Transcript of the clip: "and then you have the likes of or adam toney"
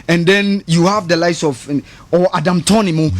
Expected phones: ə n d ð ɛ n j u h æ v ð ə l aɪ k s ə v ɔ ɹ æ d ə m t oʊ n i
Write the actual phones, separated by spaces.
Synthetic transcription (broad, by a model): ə n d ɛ n j u h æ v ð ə l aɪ s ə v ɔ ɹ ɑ d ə m t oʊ n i